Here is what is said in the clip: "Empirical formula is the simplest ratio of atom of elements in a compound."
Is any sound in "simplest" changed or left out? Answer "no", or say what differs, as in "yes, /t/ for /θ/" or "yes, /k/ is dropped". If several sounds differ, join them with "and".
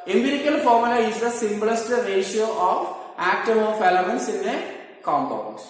yes, /b/ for /p/